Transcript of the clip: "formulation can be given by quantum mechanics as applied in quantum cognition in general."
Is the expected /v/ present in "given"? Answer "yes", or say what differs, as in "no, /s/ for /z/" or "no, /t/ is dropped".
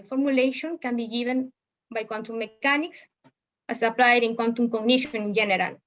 no, /b/ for /v/